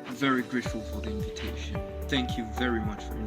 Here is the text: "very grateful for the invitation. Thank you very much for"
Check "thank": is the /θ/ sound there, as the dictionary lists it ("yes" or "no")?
yes